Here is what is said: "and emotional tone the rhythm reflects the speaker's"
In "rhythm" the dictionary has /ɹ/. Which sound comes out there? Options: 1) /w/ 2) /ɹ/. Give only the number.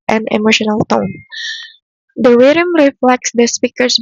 1